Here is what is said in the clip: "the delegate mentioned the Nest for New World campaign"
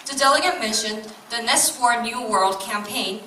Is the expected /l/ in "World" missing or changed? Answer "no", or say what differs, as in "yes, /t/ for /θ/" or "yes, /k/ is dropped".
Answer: no